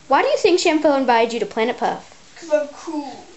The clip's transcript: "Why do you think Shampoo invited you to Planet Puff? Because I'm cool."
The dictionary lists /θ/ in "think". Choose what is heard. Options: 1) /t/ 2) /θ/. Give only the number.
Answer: 2